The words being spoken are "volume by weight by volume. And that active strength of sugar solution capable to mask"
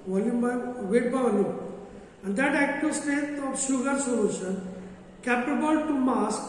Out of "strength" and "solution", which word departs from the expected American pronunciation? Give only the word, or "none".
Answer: strength